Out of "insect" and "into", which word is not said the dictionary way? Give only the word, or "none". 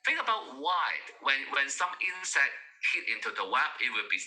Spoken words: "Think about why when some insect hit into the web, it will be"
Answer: insect